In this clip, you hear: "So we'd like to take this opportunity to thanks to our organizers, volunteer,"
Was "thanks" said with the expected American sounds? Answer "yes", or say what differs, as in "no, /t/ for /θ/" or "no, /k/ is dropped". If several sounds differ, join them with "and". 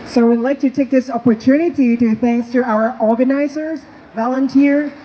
yes